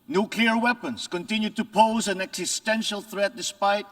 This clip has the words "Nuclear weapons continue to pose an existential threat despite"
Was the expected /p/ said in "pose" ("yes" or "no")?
yes